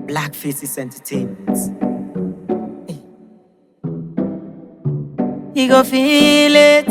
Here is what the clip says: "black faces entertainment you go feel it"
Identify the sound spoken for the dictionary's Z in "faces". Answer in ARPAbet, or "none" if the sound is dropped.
S